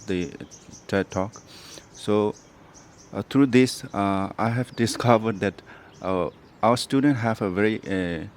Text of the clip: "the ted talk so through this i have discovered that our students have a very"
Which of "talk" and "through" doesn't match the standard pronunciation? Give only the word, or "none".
through